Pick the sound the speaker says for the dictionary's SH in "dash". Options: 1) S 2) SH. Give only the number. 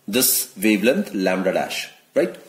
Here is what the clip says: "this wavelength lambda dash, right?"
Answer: 2